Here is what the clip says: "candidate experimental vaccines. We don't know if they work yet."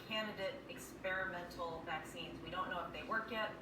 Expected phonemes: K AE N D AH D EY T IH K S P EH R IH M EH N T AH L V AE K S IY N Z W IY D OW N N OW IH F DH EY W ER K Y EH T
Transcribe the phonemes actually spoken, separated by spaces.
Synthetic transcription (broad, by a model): K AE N D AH D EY T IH K S P EH R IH M EH N T L V AE K S IY N Z W IY D OW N N OW IH F DH EY W ER K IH T